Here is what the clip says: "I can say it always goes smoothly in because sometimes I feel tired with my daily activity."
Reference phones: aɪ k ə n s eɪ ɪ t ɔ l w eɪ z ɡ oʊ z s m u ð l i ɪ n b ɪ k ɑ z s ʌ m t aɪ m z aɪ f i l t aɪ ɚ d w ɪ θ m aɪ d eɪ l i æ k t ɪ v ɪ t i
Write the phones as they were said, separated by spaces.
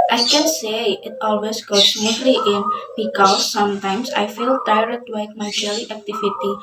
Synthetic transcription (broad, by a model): aɪ k ə n s eɪ ɪ t ɔ l w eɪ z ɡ oʊ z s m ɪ l i ɪ n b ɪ k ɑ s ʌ m t aɪ m s aɪ f i l t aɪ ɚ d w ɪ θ m aɪ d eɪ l i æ k t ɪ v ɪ t i